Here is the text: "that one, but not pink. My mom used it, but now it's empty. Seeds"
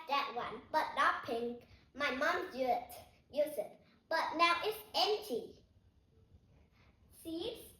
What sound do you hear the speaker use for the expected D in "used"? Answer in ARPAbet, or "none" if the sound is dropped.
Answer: none